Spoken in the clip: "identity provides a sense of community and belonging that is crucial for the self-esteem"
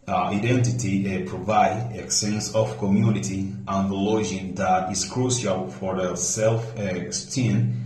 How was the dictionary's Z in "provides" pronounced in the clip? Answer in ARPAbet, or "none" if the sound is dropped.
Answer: none